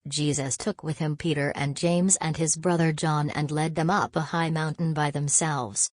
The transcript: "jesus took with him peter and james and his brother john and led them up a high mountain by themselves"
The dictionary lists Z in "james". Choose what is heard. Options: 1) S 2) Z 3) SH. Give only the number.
2